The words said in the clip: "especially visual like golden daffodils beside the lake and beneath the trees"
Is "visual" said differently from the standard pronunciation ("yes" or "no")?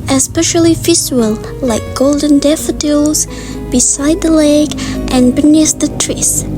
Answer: yes